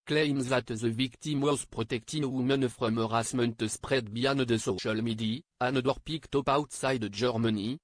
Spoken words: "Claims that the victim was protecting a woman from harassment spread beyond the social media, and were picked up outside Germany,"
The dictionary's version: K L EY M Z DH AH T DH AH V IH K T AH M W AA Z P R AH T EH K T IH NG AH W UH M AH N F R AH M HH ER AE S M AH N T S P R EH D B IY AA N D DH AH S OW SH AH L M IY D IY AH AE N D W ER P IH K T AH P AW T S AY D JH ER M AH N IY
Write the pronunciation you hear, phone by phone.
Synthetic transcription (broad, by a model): K L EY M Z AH T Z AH V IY K T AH M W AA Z P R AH T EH K T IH AH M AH N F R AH M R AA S M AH N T S P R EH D B IY AA N D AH S OW SH AH L M IY D IY AH N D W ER P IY K T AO P AW T S AY D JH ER M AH N IY